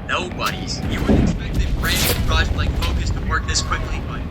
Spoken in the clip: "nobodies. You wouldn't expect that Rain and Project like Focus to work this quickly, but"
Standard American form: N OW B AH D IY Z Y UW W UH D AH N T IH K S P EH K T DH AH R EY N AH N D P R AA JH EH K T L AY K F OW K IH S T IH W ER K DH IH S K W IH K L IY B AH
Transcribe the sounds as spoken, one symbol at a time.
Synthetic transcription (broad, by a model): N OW B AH D IY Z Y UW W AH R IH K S EH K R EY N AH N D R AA EH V L AY K F OW K IH S T IH W ER K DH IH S K W IH K L IY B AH